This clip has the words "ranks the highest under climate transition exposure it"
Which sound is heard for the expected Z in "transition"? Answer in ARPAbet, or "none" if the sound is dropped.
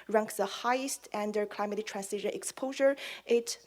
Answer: S